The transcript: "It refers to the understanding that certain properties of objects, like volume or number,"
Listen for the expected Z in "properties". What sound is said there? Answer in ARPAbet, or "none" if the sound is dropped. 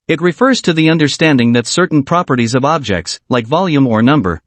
Z